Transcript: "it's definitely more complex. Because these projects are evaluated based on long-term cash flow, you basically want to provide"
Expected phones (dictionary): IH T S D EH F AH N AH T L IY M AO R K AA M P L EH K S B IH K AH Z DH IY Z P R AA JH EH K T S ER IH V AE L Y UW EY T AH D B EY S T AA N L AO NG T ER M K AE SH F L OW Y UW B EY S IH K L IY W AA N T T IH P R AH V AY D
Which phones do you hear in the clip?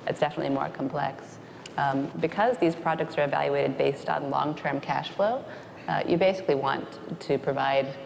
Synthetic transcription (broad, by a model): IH T S D EH F AH N AH T L IY M AO R K M P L EH K S B IH K AH Z DH IY Z P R AA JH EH K T S ER IH V AE L Y UW EY T AH D B EY S T N L AO NG T ER M K AE SH F L OW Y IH B EY S IH K L IY W AA N T T IH P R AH V AY D